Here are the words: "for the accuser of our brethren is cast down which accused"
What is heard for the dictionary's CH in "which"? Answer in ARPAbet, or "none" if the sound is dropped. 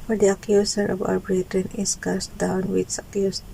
S